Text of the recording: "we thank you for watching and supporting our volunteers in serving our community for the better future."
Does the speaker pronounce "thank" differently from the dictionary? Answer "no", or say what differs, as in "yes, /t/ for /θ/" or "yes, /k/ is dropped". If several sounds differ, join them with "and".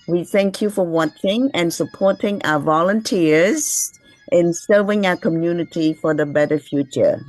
no